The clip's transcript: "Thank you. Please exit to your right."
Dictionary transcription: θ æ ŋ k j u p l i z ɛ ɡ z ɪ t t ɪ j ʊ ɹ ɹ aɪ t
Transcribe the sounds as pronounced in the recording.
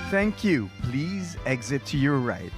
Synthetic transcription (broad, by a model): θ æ ŋ k j u p l i z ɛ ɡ z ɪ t t ɪ j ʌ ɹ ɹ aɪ t